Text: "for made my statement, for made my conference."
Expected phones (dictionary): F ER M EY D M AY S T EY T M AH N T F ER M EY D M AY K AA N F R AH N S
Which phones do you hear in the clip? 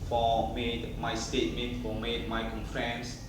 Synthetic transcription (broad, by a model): F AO M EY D M AY S T EY T M AH N T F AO M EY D M AY K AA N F R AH N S